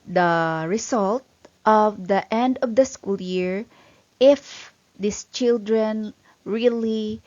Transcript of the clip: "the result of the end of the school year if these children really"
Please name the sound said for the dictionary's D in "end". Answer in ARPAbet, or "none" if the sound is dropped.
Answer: D